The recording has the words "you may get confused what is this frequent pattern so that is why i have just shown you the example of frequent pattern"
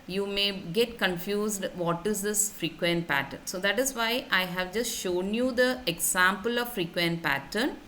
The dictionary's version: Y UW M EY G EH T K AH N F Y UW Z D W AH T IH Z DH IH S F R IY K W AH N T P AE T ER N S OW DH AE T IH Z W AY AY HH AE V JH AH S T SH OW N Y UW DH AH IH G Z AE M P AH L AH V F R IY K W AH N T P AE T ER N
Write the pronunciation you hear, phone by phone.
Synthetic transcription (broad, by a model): Y UW M EY G EH T K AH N F Y UW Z D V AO T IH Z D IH S F R IY K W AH N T P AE T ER N S OW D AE T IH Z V AY AY HH AE V JH AH S T SH OW N Y UW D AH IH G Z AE M P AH L AH V F R IY K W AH N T P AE T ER N